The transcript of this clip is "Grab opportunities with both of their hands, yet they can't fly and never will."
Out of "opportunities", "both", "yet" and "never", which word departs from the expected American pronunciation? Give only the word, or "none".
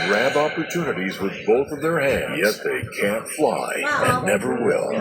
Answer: none